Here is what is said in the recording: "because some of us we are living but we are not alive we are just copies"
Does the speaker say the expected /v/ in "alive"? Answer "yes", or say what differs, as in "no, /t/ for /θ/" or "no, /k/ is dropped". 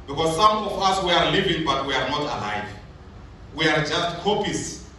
yes